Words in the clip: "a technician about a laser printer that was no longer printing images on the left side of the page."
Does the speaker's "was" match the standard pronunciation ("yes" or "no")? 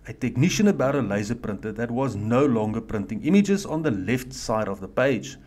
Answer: yes